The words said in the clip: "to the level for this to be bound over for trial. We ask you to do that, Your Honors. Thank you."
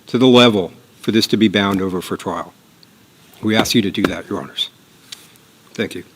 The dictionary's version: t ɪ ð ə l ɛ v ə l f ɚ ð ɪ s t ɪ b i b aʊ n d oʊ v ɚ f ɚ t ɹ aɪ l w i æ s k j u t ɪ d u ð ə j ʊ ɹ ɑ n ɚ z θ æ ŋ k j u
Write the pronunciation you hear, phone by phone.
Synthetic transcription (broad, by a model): t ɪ ð ə l ɛ v l f ɚ ð ɪ s t ɪ b i b aʊ n d oʊ v ɚ f ɚ t ɹ aɪ l w i æ s k j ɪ t ɪ d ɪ ð ə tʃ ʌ ɹ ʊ n ɚ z θ æ ŋ k j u